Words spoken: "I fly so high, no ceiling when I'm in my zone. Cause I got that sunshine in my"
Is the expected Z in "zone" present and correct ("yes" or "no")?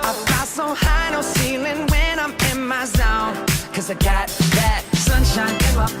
yes